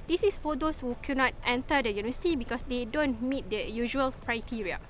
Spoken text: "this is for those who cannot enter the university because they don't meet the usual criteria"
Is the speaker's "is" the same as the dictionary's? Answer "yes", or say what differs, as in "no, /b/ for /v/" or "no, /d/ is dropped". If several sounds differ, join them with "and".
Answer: no, /s/ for /z/